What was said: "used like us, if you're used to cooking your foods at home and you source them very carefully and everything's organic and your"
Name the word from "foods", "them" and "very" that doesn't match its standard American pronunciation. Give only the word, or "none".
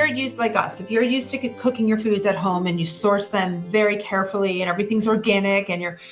none